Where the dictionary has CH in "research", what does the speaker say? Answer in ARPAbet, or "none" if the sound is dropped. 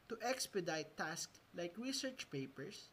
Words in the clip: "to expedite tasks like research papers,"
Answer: CH